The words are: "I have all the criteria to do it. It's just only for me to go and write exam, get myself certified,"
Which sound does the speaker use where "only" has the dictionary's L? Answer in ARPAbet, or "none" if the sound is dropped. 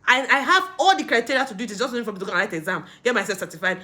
none